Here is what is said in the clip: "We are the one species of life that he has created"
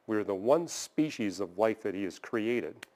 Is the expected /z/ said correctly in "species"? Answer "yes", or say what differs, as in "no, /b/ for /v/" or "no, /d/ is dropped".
yes